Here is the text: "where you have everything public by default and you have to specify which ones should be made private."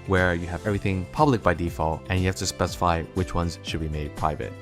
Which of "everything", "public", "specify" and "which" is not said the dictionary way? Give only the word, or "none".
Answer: none